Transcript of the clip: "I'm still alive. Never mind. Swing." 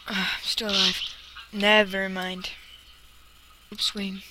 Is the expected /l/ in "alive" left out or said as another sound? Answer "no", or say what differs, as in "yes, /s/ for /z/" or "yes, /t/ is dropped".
yes, /l/ is dropped